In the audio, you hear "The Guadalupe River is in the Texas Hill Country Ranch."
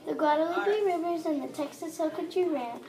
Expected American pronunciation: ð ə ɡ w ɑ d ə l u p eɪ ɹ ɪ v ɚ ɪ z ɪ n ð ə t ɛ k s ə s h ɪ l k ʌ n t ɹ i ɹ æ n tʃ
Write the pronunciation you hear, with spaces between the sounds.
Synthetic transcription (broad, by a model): ð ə ɡ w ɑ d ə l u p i ɹ ɪ v ɚ z ɪ n ð ə t ɛ k s ə s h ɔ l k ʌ t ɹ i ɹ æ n